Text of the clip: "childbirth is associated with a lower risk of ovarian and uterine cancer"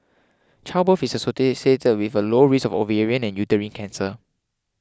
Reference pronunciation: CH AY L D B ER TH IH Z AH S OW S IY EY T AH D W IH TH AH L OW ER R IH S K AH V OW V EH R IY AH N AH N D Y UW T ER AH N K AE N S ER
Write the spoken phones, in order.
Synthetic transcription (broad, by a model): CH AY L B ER F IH S AH S OW S IY EY T AH D W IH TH AH L OW R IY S AH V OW V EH R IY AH N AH N Y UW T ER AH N K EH N S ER